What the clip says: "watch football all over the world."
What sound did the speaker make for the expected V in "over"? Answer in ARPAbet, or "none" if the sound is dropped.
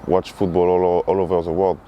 V